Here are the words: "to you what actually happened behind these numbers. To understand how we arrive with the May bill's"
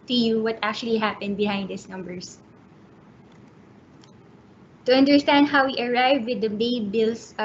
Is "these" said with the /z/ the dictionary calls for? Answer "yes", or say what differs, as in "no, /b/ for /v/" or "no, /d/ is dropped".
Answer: no, /s/ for /z/